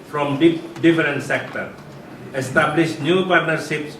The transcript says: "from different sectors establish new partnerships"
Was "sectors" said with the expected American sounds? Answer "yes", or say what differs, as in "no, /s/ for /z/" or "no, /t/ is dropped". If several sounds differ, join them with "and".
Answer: no, /z/ is dropped